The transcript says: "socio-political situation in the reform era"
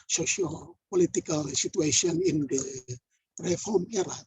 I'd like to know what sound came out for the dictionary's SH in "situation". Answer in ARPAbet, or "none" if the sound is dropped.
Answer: S